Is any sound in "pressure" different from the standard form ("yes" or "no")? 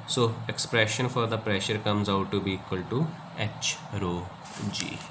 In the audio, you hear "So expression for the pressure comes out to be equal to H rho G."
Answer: no